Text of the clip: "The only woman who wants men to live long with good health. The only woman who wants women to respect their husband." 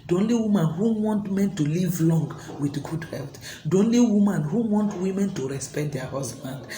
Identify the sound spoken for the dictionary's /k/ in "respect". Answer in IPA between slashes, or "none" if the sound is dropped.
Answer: /k/